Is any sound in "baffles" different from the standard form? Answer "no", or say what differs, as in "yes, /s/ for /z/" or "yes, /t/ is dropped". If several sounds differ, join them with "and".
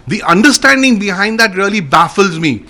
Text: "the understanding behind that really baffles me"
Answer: no